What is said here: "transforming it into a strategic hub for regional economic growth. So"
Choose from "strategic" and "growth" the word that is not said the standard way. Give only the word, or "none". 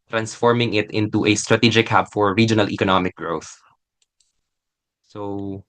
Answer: none